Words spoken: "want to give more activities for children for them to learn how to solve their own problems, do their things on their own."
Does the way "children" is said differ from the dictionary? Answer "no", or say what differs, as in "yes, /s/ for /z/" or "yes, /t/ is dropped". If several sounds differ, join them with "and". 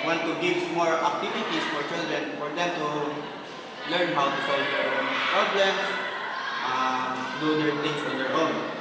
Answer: yes, /ɹ/ is dropped